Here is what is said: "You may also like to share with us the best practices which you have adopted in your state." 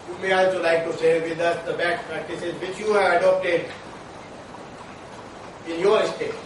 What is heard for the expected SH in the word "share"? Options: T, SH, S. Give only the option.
S